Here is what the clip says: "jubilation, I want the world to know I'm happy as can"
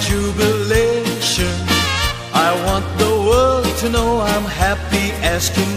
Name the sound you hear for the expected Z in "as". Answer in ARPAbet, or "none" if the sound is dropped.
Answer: S